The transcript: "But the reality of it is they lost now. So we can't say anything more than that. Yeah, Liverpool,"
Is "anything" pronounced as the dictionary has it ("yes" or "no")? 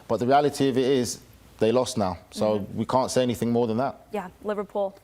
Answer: yes